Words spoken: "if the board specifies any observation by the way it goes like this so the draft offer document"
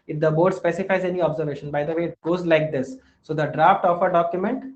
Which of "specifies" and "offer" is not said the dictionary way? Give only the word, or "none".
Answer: none